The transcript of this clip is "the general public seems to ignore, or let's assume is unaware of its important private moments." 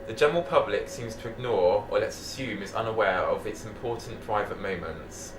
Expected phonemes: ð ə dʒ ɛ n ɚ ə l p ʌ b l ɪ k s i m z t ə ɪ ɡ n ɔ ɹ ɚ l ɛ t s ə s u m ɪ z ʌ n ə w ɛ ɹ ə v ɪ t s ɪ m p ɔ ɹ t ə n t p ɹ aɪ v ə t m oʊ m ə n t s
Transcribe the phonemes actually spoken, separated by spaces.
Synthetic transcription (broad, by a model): ð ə dʒ ɛ n ɚ ə l p ʌ b l ɪ k s i m z t ə ɪ ɡ n ɔ ɹ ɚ l ɛ t s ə s u m ɪ z ʌ n ə w ɛ ɹ ə v ɪ t s ɪ m p ɔ t n p ɹ aɪ v ə t m oʊ m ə n t s